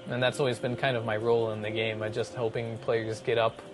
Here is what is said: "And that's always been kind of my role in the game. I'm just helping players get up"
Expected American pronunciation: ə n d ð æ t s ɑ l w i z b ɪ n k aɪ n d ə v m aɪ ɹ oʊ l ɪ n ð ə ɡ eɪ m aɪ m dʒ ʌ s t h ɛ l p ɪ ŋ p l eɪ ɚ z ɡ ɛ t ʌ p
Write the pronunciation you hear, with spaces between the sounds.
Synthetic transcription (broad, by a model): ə n ð æ t s ɑ l w i z b ɪ n k aɪ n d ə v m aɪ ɹ oʊ l ɪ n ð ə ɡ eɪ m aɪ dʒ ʌ s t h ɛ l p ɪ ŋ p l eɪ ɚ z ɡ ɛ t ʌ p